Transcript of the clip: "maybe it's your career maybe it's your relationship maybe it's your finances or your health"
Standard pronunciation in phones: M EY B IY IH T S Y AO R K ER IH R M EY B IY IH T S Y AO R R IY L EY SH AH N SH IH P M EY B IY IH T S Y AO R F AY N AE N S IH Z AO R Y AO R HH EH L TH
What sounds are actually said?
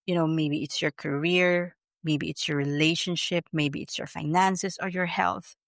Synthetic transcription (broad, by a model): M EY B IY IH T S Y AO R K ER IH R M EY B IY IH T S Y AO R R IY L EY SH AH N SH IH P M EY B IY IH T S Y AO R F AY N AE N S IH S AO R Y AO R HH EH L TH